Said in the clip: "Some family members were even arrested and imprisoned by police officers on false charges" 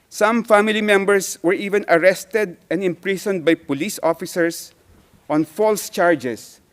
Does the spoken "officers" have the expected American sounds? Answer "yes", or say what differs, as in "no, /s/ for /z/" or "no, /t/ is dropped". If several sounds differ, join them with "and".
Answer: no, /s/ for /z/